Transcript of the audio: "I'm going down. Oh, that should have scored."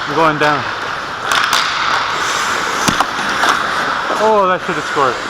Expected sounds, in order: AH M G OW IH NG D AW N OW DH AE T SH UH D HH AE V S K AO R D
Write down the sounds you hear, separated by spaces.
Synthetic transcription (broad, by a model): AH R G OW IH NG D AW N OW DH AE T S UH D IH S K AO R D